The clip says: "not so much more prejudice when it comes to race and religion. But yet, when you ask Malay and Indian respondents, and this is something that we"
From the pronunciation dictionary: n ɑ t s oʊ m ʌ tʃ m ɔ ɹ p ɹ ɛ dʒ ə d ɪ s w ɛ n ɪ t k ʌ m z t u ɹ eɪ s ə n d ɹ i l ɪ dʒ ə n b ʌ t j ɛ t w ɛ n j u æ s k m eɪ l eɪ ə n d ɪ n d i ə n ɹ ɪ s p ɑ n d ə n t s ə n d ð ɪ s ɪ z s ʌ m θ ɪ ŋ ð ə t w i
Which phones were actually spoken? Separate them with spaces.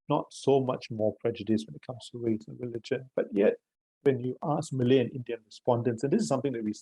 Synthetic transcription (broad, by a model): n ɑ t s oʊ m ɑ tʃ m ɔ p ɹ ɛ dʒ ə d ɪ s w ɛ n ɪ t k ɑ m s t u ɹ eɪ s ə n ɹ i l ɪ dʒ ə n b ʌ t j ɛ t w ɛ n j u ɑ s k m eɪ l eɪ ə n ɪ n d i ə n ɹ ɪ s p ɑ n d ə n t s ə n d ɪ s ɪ s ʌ m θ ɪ ŋ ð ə t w i